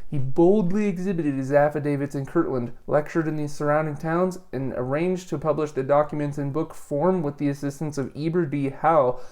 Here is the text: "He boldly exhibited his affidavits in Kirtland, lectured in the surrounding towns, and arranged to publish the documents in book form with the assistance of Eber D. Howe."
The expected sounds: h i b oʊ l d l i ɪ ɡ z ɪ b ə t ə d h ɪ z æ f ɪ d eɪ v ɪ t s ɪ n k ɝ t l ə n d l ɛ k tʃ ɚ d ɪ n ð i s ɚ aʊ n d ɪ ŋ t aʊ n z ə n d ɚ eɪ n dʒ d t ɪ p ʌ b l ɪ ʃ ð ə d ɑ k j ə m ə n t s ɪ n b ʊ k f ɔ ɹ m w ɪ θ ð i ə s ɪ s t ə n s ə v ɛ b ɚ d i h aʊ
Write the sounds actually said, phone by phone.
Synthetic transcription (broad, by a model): h i b oʊ l d l i ɪ ɡ z ɪ b ə t ə d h ɪ z æ f ɪ d eɪ v ɪ t s ɪ n k ɝ t l ə n d l ɛ k tʃ ɚ d ɪ n ð i s ɚ aʊ n d ɪ ŋ t aʊ n z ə n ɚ eɪ n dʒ t ɪ p ʌ b l ɪ ʃ ð ə d ɑ k j ə m ə n t s ɪ n b ʊ k f ɔ ɹ m w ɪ ð i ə s ɪ s t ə n s ə v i b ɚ d i h aʊ